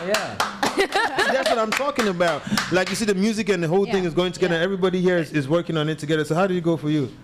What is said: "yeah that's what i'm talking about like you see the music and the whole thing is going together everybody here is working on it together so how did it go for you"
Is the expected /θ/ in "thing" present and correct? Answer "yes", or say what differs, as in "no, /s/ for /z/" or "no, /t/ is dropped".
yes